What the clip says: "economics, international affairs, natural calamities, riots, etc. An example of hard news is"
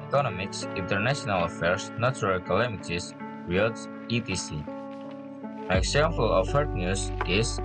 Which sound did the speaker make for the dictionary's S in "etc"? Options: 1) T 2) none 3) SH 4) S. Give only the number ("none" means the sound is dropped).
2